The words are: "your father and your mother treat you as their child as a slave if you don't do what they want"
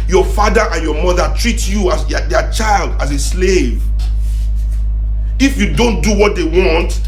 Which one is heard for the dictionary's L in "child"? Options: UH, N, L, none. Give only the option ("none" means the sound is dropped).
L